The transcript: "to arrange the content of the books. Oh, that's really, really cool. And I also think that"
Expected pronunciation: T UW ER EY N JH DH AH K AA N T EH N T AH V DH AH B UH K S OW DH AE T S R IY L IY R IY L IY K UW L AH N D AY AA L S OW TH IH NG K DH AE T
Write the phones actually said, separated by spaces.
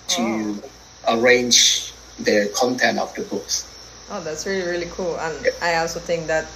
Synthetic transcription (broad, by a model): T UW ER EY N JH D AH K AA N T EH N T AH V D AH B UH K S OW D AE T S R IY L IY R IY L IY K UW L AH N AY AA L S OW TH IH NG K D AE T